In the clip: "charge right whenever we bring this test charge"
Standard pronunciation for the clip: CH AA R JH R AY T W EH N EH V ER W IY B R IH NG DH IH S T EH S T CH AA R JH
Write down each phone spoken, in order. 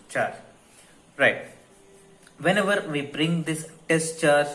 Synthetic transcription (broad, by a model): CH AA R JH R AY T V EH N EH V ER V IY B R IH NG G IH S T EH S T CH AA R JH